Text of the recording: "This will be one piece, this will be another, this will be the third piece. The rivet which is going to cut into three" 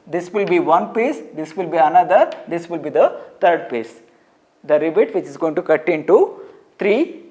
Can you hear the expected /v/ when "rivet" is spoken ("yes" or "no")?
no